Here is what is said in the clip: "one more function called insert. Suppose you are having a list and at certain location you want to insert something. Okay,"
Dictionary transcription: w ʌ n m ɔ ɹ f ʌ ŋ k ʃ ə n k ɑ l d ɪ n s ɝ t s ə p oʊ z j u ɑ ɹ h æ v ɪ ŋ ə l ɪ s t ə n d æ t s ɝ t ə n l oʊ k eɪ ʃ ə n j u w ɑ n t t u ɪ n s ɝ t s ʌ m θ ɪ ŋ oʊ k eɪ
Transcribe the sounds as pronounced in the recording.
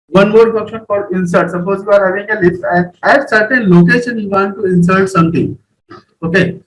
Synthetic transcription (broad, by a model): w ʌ n m ɔ ɹ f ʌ k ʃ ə n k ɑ d ɪ n s ɝ t s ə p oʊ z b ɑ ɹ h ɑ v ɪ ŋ ə l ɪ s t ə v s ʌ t t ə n l oʊ k eɪ ʃ ə n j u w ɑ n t t u ɪ n s ɝ t s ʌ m t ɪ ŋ oʊ k eɪ